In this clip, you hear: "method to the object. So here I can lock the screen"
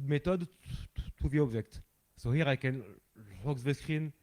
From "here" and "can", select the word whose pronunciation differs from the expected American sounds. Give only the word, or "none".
none